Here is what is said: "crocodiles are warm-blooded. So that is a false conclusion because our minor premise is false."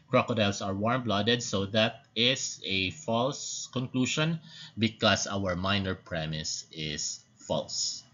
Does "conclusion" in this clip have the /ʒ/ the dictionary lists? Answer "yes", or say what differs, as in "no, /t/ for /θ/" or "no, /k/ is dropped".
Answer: no, /ʃ/ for /ʒ/